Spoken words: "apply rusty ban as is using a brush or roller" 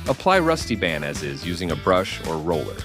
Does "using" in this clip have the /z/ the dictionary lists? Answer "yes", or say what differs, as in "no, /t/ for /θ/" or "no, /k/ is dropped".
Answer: yes